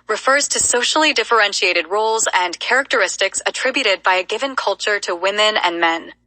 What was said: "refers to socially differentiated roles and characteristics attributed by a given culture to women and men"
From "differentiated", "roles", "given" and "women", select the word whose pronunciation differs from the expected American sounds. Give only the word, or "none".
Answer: none